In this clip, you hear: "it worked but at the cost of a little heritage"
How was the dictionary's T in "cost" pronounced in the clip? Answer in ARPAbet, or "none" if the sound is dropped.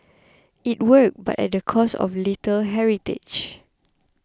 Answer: none